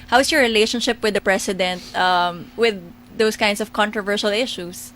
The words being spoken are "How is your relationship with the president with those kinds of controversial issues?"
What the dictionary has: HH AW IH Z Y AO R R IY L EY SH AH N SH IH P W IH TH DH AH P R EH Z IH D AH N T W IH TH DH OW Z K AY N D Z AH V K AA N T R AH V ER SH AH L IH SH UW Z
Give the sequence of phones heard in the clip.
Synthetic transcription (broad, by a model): HH AW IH S Y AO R R IY L EY SH AH N SH IH P W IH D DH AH P R EH S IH D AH N T W IH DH OW S K AY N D S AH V K AA N T R AH V ER SH AH L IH SH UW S